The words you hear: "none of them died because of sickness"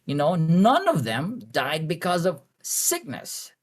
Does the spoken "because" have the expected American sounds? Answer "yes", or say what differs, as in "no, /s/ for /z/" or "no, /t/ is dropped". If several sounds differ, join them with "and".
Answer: yes